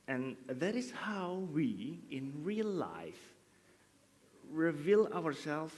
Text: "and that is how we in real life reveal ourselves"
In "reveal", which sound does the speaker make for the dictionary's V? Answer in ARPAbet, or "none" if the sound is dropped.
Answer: V